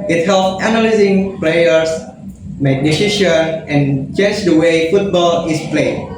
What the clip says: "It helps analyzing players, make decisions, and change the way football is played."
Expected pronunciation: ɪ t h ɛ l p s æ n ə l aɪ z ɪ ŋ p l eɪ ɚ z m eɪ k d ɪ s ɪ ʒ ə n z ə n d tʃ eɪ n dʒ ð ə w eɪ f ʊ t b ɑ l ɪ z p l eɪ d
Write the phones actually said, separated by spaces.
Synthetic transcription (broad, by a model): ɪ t h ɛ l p æ n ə l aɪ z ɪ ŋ p l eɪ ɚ s m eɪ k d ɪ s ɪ ʃ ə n ə n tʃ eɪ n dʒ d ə w eɪ f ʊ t b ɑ l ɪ s p l eɪ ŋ